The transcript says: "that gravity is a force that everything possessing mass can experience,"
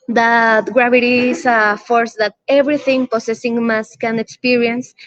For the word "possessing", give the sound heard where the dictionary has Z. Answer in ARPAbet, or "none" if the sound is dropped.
S